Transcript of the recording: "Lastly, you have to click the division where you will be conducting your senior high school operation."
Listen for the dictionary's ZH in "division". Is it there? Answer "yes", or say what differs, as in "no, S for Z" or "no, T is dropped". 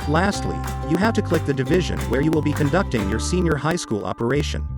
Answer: yes